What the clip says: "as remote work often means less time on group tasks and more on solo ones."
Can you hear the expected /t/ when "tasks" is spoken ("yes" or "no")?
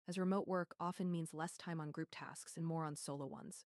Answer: yes